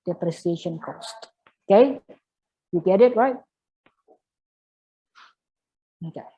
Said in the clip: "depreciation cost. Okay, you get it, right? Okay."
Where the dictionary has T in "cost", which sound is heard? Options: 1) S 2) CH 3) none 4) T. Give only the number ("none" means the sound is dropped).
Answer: 4